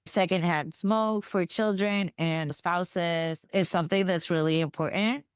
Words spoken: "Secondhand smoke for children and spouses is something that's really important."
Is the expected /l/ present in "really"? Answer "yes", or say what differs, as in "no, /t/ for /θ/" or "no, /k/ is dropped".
yes